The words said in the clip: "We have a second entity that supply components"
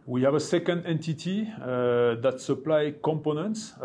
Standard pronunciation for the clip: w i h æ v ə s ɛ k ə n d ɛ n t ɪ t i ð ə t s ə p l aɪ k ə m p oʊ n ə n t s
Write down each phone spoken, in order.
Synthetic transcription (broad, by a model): w i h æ v ə s ɛ k ə n d ɛ n t ɪ t i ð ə t s ə p l aɪ k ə m p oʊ n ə n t s